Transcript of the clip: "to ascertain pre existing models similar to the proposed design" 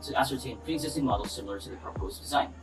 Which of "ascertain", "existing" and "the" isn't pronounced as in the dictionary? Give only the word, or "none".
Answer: none